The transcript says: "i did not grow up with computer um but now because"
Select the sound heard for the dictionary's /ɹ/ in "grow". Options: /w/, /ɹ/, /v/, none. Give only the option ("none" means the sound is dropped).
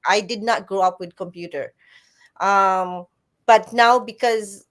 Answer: /ɹ/